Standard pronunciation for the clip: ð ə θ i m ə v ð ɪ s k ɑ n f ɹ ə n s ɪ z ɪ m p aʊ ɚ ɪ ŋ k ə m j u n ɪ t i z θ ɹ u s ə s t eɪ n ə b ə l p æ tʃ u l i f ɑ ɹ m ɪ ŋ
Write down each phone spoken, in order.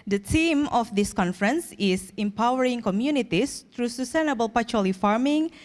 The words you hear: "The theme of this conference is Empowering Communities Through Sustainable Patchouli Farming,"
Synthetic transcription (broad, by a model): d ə t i m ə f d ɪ s k ɑ n f ɹ ə n s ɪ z ɪ m p aʊ ɚ ɪ ŋ k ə m j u n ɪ t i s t ɹ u s ə s t eɪ n ə b ə l p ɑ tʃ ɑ l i f ɑ ɹ m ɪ ŋ